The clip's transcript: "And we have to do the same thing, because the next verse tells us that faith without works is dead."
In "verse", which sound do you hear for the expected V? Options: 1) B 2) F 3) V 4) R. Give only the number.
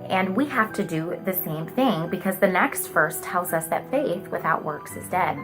2